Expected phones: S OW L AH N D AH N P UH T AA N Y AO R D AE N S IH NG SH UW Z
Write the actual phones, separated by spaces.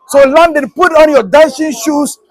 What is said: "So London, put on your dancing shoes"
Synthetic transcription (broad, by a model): S OW L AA N D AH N P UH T AA N Y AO D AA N SH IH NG SH UW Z